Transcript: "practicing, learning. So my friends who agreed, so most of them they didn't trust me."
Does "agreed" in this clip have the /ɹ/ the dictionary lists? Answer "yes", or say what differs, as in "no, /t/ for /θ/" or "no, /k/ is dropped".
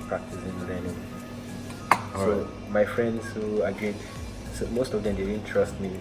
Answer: no, /ɹ/ is dropped